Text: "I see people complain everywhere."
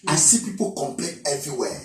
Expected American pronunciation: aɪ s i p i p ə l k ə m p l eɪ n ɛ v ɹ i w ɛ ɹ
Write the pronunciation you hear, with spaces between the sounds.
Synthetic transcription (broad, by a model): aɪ s i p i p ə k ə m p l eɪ ɛ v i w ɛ